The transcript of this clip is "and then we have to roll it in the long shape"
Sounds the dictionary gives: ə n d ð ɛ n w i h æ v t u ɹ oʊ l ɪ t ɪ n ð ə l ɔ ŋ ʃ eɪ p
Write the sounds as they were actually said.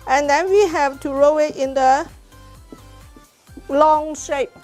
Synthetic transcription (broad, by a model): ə n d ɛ n w i h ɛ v t u ɹ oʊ w ɪ t ɪ n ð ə l ɔ ŋ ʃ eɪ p